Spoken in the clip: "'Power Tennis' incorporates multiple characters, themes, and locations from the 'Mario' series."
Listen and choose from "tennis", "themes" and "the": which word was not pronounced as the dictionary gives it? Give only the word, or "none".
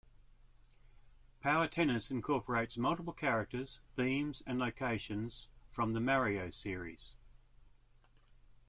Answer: none